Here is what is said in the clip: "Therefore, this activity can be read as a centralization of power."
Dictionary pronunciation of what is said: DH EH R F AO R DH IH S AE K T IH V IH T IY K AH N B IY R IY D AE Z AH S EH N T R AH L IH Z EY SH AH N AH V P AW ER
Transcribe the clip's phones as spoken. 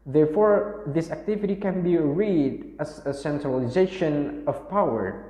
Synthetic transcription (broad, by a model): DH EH R F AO R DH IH S AE K T IH V IH T IY K AH N B IY R IY D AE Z AH S EH N T R AH L IH Z EY SH AH N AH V P AW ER